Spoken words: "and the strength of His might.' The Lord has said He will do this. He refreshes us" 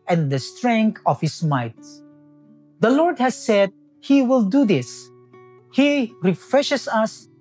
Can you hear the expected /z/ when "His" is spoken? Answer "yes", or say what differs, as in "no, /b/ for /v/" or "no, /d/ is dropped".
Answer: no, /s/ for /z/